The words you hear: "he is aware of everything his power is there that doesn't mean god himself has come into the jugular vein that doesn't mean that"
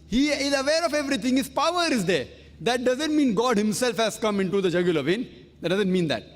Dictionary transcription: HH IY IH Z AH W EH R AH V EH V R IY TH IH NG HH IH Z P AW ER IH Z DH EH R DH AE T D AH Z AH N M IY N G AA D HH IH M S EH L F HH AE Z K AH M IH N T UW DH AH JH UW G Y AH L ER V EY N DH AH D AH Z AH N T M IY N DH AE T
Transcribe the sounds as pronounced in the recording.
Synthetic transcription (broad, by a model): HH IY IH Z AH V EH R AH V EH V R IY T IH NG HH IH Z P AW ER IH Z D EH R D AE T D AH Z AH N M IY N G AA D HH IH M S EH L F HH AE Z K AH M IH N T UW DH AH JH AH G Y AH L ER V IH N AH D AH Z AH N T M IY N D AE T